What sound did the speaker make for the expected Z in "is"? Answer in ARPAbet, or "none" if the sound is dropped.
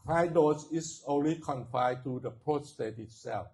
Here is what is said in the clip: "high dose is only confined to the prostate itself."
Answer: S